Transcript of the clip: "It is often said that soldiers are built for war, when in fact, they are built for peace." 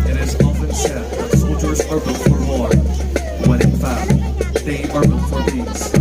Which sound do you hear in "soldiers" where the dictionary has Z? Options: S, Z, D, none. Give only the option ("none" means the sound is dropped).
Z